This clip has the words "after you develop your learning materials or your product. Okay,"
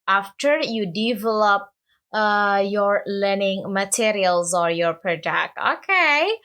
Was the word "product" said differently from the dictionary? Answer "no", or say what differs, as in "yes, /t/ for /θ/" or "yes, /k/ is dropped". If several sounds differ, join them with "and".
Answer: yes, /ɹ/ is dropped